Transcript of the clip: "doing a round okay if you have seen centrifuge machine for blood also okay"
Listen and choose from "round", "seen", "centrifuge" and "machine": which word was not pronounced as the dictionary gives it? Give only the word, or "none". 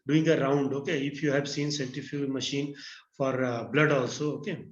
centrifuge